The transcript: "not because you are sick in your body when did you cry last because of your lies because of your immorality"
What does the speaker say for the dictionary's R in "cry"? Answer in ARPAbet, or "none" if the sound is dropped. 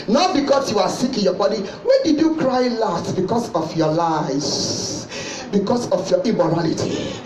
R